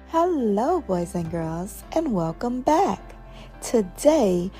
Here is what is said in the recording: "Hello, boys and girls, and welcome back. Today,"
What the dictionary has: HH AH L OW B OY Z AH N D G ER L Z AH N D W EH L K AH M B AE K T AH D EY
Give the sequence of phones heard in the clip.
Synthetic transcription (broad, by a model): HH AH L OW B OY Z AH N G ER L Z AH N W EH L K AH M B AE K T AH D EY